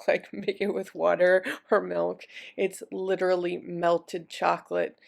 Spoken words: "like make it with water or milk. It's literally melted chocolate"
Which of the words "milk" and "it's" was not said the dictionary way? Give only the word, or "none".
none